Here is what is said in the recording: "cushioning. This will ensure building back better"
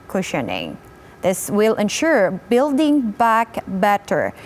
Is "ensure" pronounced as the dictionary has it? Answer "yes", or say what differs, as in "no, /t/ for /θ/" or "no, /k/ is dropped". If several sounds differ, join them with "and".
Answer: yes